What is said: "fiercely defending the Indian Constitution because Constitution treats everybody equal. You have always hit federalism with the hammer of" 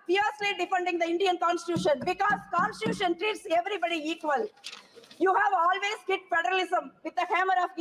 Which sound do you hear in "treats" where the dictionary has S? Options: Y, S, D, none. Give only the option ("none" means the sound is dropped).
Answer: S